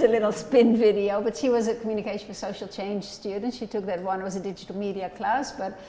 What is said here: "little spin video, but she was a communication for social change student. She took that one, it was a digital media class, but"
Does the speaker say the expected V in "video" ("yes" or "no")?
yes